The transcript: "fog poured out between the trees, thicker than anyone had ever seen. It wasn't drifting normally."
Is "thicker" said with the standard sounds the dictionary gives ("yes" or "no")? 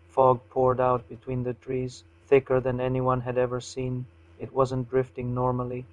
yes